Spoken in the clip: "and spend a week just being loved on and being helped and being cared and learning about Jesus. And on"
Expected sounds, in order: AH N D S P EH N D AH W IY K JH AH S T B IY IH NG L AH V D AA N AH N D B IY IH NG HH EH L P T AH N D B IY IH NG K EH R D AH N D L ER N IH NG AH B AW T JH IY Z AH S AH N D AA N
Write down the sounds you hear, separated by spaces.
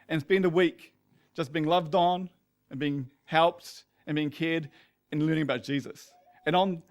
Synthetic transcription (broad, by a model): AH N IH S B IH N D AH W IY K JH AH S B IY IH NG L AH V D N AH N B IY IH NG HH EH L P T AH N B IY IH NG K EH R D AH N L ER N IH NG AH B AW T JH IY Z AH S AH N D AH N